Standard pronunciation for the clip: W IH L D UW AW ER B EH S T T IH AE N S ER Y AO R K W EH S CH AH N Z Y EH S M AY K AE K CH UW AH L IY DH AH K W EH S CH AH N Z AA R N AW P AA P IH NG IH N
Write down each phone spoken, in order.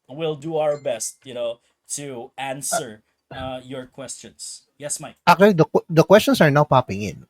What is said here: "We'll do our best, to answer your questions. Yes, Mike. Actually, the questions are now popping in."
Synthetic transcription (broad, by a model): W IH L D UW AW ER B EH S T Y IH AE N S ER Y AO R K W EH S CH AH N S Y EH S M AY AE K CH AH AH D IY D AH K W EH S CH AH N S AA R N AW P AA P IH NG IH N